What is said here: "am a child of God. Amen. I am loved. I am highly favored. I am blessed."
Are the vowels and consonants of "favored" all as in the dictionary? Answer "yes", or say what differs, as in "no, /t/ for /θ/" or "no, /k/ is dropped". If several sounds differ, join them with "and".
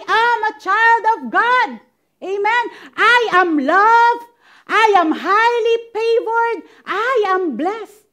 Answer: no, /p/ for /f/